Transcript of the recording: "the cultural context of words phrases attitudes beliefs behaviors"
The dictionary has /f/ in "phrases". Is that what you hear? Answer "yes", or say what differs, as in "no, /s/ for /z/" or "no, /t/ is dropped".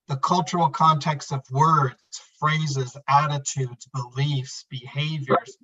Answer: yes